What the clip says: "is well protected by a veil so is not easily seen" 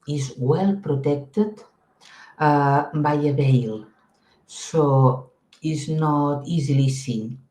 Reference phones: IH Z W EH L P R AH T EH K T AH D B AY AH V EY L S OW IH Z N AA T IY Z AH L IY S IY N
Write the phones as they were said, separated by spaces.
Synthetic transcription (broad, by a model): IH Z W EH L P R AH T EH K T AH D B AY AH B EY L S OW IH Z N AA T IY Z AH L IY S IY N